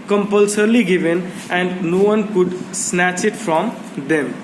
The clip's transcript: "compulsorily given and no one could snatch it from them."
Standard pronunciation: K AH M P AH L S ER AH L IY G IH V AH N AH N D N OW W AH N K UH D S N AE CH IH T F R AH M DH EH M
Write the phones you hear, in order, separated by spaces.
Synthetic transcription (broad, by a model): K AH M P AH L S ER L IY G IH V AH N AH N D N OW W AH N K UH D S N AE CH IH T F R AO M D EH M